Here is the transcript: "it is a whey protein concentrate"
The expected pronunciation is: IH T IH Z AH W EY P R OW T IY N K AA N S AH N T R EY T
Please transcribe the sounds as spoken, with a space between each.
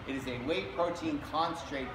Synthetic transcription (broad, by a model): IH T IH Z AH W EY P R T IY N K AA N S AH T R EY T